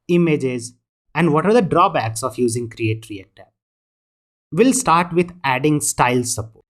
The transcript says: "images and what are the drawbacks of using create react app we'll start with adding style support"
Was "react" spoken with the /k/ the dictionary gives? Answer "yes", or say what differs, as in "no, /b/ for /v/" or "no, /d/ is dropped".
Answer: no, /k/ is dropped